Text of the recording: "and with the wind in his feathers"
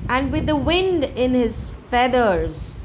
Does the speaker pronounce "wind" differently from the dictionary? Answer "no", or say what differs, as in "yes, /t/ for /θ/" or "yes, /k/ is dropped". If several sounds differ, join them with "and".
no